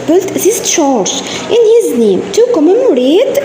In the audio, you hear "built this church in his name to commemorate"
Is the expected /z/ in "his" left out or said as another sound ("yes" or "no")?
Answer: no